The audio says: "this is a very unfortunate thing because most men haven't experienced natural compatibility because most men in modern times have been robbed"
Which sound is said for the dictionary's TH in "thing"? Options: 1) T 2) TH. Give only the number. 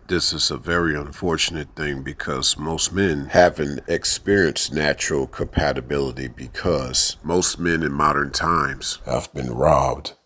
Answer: 2